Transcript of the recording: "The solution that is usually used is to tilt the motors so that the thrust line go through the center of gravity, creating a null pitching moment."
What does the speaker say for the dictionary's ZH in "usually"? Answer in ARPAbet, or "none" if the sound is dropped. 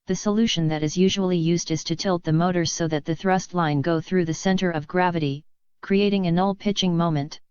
ZH